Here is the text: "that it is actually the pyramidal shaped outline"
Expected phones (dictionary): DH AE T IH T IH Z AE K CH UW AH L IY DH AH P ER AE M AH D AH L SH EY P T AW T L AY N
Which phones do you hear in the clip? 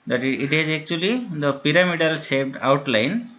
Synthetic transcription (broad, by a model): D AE T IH T IH Z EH K CH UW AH L IY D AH P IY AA M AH D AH L S EY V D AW T L AY N